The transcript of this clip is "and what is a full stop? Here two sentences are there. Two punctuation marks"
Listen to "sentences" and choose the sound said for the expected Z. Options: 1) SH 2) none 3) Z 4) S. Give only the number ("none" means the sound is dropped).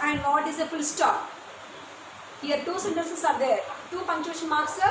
4